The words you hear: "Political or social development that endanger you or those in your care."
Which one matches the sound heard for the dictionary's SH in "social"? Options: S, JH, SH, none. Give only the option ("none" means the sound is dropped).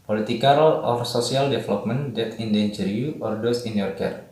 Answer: S